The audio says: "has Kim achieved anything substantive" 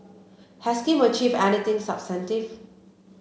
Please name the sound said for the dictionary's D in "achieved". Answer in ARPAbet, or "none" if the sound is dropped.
none